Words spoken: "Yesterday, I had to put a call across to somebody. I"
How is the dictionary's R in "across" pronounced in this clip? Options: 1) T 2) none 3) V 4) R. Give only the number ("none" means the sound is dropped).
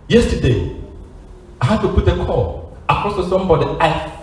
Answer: 2